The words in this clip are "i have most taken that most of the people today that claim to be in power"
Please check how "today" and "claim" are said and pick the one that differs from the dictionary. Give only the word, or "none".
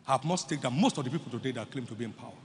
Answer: none